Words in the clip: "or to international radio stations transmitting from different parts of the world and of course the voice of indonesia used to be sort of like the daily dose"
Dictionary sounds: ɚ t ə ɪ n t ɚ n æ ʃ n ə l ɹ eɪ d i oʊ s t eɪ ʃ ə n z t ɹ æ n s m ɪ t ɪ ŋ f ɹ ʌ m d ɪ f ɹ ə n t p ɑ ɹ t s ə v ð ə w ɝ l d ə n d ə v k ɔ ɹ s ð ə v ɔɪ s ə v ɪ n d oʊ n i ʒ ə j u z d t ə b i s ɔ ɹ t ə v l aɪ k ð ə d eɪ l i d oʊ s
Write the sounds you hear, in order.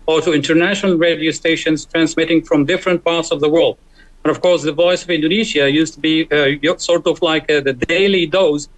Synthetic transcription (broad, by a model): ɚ t ə ɪ n t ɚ n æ ʃ n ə l ɹ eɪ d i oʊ s t eɪ ʃ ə n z t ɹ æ n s m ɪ t ɪ ŋ f ɹ ʌ m d ɪ f ɹ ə n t p ɑ ɹ t s ə v ð ə w ɝ l d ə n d ə v k ɔ ɹ s ð ə v ɔɪ s ə v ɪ n d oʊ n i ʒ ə j u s t ə b i s ɔ ɹ t ə v l aɪ k ð ə d eɪ l i d oʊ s